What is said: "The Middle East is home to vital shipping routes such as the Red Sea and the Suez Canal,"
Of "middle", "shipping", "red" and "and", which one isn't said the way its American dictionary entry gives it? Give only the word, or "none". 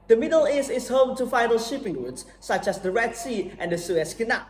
none